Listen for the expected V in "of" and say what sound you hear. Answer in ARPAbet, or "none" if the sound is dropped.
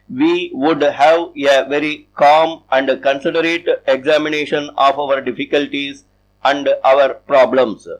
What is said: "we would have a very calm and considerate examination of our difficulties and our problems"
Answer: V